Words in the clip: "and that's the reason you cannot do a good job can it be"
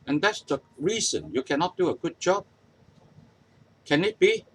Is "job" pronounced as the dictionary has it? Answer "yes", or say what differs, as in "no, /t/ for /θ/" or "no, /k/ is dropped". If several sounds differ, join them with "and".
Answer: yes